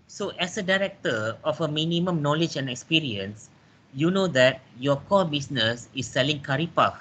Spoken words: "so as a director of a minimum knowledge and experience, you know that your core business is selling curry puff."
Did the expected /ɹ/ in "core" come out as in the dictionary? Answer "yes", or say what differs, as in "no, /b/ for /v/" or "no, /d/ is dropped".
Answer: no, /l/ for /ɹ/